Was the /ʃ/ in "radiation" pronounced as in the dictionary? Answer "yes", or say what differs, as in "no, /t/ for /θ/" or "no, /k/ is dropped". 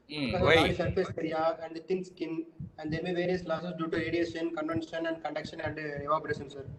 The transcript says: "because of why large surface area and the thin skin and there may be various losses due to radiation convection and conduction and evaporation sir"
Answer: no, /s/ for /ʃ/